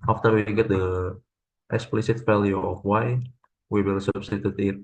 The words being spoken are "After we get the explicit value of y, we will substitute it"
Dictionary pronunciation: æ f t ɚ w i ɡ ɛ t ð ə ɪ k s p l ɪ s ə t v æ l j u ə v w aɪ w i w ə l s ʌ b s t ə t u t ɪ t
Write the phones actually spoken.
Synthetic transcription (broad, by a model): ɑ f t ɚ w i ɡ ɛ t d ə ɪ k s p l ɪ s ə t f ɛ l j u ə f w aɪ w i w ə l s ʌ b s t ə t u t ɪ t